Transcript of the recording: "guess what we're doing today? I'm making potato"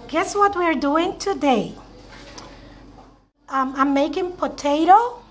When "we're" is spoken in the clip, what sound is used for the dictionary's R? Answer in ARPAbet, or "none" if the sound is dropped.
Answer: R